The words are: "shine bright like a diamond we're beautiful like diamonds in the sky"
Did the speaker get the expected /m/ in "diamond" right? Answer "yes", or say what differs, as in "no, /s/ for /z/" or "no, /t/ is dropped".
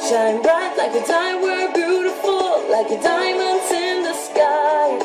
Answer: no, /m/ is dropped